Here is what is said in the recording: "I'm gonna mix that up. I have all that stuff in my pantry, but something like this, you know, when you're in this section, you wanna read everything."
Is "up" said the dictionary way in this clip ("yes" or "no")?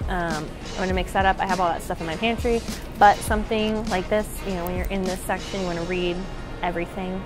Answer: yes